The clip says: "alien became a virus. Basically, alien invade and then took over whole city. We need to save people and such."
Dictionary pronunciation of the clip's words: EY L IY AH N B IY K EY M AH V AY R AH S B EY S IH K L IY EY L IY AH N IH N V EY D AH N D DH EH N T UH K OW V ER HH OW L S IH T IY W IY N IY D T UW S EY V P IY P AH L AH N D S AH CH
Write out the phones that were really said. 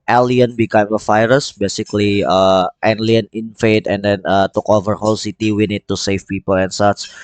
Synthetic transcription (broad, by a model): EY L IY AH N B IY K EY M AH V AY R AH S B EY S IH K L IY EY L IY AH N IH N F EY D AH N D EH N T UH K OW V ER HH OW L S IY T IY W IY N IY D T UW S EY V P IY P AH L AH N S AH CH